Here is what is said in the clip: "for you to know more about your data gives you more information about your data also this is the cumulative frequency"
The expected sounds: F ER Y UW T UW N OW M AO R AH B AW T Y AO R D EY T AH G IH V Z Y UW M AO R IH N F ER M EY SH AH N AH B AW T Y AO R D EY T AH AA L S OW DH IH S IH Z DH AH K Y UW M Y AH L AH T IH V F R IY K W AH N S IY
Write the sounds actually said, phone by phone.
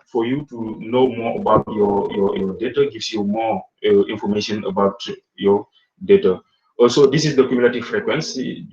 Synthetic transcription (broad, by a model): F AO Y UW T UW N OW M AO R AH B AW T Y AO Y D EY T AH G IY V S Y UW M AO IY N F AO M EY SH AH N AH B AW T Y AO D EY T AH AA S OW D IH S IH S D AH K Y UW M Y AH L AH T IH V F R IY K W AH N S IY